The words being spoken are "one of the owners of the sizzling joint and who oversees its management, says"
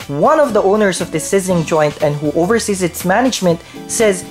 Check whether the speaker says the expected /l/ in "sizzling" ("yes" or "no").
no